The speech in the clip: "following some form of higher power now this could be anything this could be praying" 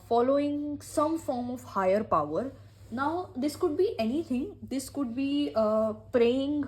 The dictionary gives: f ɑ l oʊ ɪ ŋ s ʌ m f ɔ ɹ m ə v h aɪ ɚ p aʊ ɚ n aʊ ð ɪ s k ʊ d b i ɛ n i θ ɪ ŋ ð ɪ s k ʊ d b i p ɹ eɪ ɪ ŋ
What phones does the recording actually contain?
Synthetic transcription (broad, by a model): f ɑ l oʊ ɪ ŋ s ʌ m f ɔ ɹ m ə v h aɪ ɚ p aʊ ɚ n aʊ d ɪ s k ʊ d b i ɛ n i t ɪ ŋ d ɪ s k ʊ d b i p ɹ eɪ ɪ ŋ